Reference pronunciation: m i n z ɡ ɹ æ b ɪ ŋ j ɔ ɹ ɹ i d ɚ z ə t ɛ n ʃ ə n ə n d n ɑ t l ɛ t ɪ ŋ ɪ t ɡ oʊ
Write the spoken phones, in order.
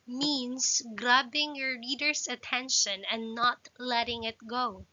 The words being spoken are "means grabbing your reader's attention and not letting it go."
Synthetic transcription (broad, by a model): m i n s ɡ ɹ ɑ b ɪ ŋ j ɔ ɹ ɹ i d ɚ s ə t ɛ n ʃ ə n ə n n ɑ t l ɛ t ɪ ŋ ɪ t ɡ oʊ